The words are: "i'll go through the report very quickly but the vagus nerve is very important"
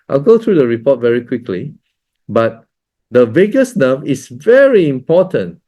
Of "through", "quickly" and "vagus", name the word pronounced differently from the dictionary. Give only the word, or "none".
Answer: through